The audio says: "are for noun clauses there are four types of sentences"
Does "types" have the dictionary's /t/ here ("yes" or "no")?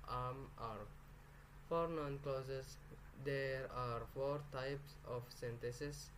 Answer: yes